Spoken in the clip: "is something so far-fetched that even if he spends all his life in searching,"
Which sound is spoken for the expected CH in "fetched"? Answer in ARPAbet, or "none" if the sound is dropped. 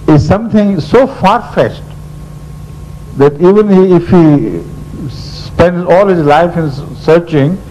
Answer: S